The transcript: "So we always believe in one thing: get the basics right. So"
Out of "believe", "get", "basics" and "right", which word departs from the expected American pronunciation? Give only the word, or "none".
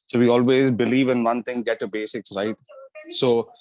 none